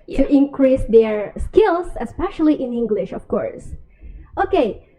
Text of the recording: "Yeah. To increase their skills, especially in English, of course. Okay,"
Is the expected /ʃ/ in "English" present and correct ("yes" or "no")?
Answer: yes